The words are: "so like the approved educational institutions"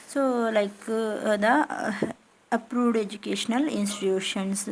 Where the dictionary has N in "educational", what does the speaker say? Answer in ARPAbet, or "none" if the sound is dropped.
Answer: N